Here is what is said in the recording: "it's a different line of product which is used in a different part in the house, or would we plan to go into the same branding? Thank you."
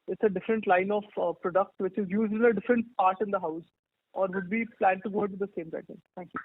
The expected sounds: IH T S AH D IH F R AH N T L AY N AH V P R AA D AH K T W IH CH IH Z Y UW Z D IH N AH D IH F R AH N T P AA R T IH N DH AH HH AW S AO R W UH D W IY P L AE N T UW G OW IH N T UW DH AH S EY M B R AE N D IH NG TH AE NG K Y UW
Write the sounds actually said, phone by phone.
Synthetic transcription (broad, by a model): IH T S AH D IH F R AH N T L AY N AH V P R AA D AH K T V IH CH IH Z Y UW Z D IH N AH D IH F R AH N T P AA R T IH N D AH HH AW S AO R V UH D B IY P L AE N T UW G OW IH T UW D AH S EY M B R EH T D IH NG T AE NG K Y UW